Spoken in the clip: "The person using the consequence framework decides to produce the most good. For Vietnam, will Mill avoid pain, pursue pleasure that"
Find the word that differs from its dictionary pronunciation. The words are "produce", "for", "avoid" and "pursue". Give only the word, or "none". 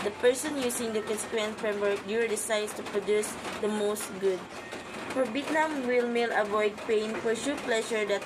pursue